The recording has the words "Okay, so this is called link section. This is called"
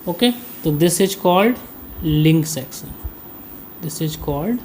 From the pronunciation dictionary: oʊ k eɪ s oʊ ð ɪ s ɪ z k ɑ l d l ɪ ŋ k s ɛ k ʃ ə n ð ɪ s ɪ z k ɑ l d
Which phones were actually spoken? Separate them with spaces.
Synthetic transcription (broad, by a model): oʊ k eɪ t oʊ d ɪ s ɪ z k ɑ l d l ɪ ŋ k s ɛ k s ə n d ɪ s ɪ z k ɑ l d